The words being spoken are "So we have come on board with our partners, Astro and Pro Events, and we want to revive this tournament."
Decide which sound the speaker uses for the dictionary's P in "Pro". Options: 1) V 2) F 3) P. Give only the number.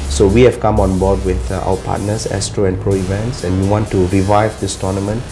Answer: 3